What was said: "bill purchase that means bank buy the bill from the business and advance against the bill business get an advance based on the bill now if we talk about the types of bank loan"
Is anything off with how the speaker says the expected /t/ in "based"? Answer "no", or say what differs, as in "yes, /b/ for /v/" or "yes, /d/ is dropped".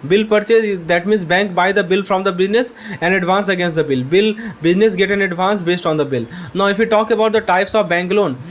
no